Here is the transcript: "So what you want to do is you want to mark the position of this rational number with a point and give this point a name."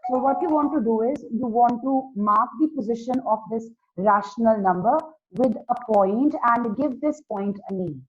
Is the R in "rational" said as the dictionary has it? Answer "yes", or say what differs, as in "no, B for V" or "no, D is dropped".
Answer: yes